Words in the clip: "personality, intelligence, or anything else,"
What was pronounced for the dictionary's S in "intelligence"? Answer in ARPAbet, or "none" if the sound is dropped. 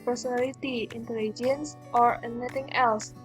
S